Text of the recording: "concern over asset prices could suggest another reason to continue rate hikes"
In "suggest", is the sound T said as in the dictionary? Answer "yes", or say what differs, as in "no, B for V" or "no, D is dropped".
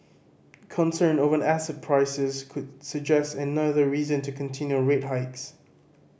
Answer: yes